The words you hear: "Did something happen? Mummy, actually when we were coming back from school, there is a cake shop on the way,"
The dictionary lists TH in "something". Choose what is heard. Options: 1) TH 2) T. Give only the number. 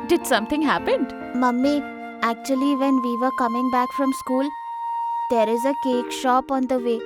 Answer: 2